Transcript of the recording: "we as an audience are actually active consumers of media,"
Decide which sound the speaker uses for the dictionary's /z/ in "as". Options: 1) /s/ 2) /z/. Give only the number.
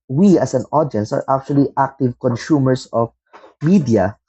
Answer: 1